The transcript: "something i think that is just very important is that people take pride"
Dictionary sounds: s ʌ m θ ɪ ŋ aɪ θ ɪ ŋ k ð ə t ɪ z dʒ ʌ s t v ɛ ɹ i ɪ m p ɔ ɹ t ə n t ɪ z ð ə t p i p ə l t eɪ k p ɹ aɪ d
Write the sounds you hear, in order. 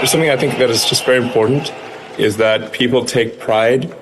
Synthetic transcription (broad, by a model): s ʌ m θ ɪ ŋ aɪ θ ɪ ŋ k ð ə t ɪ z dʒ ʌ s t v ɛ ɹ i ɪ m p ɔ ɹ t n t ɪ z ð ə t p i p l t eɪ k p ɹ aɪ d